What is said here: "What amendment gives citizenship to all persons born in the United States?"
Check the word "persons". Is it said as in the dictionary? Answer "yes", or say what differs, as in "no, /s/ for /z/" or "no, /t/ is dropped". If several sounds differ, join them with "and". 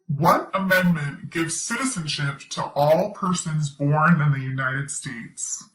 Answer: yes